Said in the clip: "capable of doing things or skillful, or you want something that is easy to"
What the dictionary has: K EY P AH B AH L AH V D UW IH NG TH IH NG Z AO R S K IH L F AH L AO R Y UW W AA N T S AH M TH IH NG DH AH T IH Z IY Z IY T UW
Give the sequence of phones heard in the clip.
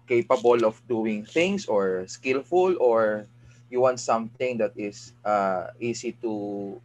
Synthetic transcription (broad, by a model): K EY P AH B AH L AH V D UW IH NG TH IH NG S AO R S K IH L F AH L AO R Y UW W AA N T S AH M TH IH NG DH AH T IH S IY S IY T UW